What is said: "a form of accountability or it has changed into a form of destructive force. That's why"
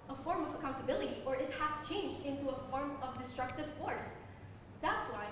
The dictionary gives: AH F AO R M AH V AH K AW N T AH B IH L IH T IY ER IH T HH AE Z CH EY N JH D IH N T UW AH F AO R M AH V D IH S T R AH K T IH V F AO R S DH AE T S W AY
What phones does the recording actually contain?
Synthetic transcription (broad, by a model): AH F AO R M AH V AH K AW N T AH B IH L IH T IY ER IH T HH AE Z CH EY N JH D IH N T UW AH F AO R M AH V D IH S T R AH K T IH V F AO R S DH AE T S W AY